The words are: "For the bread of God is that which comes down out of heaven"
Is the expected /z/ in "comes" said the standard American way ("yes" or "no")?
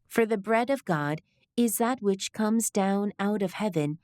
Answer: yes